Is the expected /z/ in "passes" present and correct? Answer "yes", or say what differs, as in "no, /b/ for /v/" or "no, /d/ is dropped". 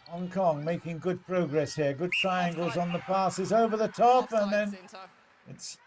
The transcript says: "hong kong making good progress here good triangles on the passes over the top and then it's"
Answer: yes